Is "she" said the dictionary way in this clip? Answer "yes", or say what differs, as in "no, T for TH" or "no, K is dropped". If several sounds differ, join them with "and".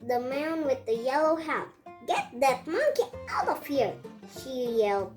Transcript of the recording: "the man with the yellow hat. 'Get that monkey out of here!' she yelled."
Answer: yes